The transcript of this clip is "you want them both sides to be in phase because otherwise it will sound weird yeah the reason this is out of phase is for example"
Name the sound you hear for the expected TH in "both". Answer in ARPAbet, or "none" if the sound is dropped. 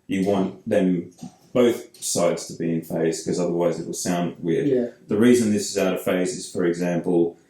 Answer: TH